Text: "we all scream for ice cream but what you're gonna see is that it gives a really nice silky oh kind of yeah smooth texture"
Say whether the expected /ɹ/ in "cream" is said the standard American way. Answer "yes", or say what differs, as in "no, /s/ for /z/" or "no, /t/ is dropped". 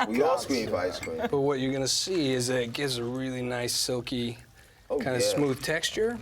no, /w/ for /ɹ/